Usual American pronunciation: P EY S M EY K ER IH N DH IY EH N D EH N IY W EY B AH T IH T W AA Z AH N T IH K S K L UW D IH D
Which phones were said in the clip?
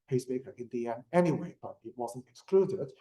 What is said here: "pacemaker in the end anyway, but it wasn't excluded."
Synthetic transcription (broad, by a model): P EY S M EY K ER IH N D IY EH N EH N IY W EY B AH T IH T W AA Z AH N T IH K S K L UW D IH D